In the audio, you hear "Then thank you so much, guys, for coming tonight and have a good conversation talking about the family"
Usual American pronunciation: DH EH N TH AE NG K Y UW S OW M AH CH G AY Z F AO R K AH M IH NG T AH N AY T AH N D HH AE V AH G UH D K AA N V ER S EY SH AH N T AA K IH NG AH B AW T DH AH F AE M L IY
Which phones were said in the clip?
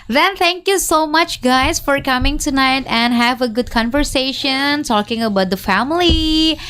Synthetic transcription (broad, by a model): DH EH N T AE NG K Y UW S OW M AH CH G AY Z F AO R K AH M IH NG T AH N AY T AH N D HH AE V AH G UH D K AA N V ER S EY SH AH N T AA K IH NG AH B AW T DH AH F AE M L IY